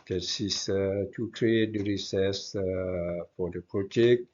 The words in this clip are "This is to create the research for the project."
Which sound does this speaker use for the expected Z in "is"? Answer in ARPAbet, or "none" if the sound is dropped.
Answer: S